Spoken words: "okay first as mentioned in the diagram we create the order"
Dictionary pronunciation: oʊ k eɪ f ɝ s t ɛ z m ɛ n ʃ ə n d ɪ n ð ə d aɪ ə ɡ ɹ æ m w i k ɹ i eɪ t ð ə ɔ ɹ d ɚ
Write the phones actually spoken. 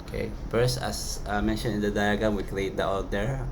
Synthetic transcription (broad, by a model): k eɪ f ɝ s t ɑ s m ɛ n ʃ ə n ɪ n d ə d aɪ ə ɡ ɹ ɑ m w i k l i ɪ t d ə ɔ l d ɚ